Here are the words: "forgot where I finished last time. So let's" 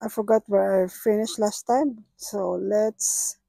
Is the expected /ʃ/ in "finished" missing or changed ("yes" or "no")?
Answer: no